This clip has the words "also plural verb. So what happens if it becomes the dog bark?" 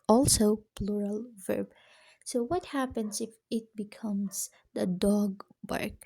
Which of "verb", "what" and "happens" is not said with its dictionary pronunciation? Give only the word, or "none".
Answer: happens